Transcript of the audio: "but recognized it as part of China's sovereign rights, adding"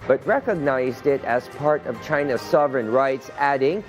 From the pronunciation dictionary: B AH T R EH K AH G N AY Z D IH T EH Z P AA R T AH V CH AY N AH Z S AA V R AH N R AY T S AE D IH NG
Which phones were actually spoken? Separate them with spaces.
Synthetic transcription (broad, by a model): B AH T R EH K AH G N AY Z D IH T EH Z P AA R T AH V CH AY N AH S AA V R AH N R AY T S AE D IH NG